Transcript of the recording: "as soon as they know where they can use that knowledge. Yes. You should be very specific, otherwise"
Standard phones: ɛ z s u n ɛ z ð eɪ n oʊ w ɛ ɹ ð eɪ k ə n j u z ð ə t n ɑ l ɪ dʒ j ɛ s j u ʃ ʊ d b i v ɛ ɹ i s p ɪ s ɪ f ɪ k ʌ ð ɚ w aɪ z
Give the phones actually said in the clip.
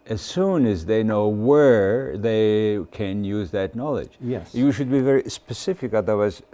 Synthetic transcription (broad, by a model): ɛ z s u n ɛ z ð eɪ n oʊ w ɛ ɹ ð eɪ k ə n j u z ð ə t n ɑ l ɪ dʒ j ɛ j u ʃ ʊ d b i v ɛ ɹ i s p ɪ s ɪ f ɪ k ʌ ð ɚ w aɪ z